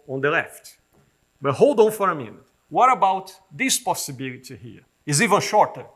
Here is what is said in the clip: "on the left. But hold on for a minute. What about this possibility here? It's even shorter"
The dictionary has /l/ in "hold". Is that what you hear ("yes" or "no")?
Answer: yes